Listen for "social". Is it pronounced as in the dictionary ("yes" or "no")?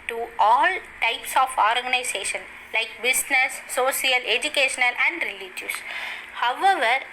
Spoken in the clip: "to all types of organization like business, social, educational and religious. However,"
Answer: no